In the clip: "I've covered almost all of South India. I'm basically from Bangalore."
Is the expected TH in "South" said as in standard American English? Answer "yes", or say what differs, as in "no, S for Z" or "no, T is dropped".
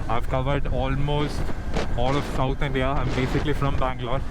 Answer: no, T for TH